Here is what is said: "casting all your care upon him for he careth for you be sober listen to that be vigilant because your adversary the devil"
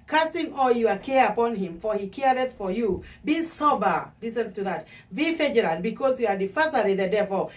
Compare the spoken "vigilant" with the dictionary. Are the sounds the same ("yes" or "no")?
no